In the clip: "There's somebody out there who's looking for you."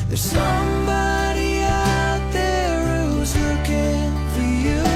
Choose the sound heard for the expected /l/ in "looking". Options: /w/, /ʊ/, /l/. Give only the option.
/w/